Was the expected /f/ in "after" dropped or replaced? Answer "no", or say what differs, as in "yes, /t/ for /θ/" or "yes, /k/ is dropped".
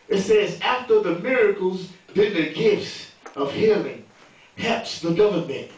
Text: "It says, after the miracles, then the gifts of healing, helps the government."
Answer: no